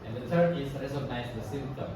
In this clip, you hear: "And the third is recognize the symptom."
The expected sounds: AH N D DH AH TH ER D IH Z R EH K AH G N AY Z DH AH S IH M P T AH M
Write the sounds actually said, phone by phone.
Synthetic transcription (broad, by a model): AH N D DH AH T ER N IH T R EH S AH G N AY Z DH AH S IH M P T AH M